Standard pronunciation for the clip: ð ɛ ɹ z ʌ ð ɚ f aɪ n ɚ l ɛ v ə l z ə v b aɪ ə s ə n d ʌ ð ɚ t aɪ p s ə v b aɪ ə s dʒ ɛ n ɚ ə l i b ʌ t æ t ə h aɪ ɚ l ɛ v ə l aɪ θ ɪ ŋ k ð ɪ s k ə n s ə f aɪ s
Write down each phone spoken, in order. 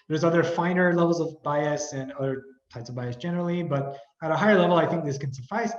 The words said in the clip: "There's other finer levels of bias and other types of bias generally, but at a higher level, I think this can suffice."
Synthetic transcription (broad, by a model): ð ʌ ɹ z ʌ ð ɚ f aɪ n ɚ l ɛ v l z ə v b aɪ ə s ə n ʌ ð ɚ t aɪ p s ə v b aɪ ə s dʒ ɛ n ɚ l i b ʌ t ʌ t ə h aɪ ɚ l ɛ v l aɪ θ ɪ ŋ k ð ɪ s k ə n s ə f aɪ s